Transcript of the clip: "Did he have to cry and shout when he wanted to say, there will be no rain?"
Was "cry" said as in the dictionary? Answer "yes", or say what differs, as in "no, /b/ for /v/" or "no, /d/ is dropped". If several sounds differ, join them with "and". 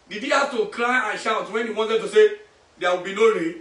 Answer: no, /l/ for /ɹ/